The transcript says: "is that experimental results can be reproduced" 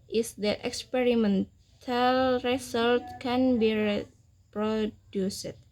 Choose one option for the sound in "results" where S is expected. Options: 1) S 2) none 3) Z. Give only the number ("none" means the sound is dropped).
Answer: 2